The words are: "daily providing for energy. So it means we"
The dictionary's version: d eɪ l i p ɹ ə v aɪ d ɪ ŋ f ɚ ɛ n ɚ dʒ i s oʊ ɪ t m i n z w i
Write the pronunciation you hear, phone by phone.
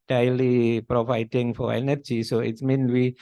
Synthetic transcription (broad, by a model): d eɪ l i p ɹ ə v aɪ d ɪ ŋ f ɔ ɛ n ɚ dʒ i s oʊ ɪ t m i n w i